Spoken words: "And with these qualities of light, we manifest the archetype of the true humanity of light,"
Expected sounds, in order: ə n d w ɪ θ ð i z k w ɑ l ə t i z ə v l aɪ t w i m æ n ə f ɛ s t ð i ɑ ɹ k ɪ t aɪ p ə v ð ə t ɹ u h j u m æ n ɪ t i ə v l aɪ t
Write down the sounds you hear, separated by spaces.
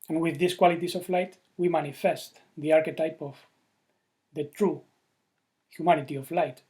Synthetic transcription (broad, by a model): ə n w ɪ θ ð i s k w ɑ l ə t i s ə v l aɪ t w i m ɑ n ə f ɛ s t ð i ɑ ɹ k ɪ t aɪ p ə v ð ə t ɹ u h j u m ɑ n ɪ t i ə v l aɪ t